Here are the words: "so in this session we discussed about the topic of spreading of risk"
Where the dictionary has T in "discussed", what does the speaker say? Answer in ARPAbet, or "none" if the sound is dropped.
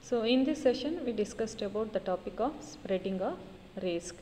T